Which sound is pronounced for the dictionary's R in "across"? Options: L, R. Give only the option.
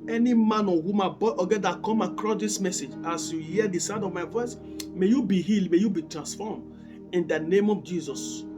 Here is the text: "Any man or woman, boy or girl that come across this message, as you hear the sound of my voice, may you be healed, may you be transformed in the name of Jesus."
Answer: R